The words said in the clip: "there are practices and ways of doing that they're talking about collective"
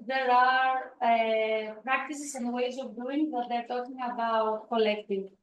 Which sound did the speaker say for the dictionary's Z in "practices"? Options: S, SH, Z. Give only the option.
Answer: S